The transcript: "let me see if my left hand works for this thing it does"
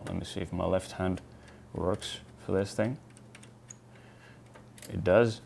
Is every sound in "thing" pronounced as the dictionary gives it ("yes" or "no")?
yes